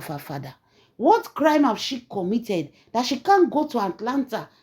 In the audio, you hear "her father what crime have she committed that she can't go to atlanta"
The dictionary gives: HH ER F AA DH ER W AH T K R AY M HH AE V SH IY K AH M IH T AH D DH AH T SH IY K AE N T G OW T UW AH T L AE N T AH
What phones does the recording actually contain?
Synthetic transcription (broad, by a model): HH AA F AA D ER W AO T K R AY M HH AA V SH IY K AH M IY T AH D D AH T SH IY K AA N G OW T UW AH T L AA N T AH